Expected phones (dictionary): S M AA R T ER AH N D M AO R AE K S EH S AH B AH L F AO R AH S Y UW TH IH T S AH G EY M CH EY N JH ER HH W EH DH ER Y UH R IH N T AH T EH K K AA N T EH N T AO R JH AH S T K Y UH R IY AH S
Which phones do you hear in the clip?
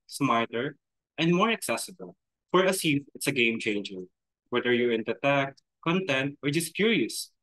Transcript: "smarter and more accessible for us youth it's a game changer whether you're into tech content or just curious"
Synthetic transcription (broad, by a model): S M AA R T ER AH N D M AO R AE K S EH S AH B AH L F AO R AH S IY F IH T S AH G EY M CH EY N JH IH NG W EH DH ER Y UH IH N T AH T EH K K AA N T EH N T AO R JH AH S T K Y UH R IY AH S